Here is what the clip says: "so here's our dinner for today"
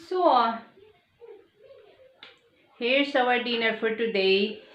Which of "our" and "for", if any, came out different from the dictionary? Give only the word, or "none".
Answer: our